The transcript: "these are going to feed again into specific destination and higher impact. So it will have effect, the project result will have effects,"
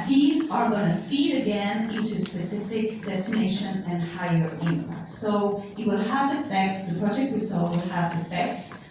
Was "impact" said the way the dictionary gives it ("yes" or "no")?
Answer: no